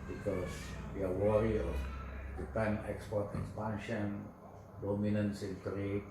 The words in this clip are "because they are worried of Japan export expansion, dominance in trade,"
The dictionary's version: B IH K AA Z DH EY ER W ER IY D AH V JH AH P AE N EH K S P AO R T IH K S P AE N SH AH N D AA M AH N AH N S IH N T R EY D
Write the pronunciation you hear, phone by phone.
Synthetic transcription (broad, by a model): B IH K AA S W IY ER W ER IY AH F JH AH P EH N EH K S P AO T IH K S P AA N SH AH N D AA M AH N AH N S IH N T R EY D